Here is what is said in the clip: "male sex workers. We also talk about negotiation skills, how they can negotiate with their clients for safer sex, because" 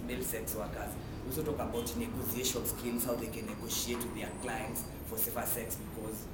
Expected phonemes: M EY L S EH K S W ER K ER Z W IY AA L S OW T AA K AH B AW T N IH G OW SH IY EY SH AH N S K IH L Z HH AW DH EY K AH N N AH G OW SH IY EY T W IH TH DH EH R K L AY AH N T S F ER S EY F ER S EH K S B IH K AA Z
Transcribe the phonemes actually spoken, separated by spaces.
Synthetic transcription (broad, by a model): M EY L S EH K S W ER K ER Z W AA L S OW T AA K AH B AW T N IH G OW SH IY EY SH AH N S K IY N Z HH AW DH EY K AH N N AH G OW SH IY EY T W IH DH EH K L AY AH N T S F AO S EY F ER S EH K S B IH K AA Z